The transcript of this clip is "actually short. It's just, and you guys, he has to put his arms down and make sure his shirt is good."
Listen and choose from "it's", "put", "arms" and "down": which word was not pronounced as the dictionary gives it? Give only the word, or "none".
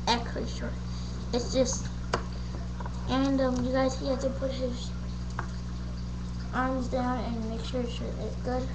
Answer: none